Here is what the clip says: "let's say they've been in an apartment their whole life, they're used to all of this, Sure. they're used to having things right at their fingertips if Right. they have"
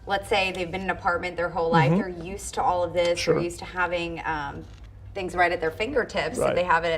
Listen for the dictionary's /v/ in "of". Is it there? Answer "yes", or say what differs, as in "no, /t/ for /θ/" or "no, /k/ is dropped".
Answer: yes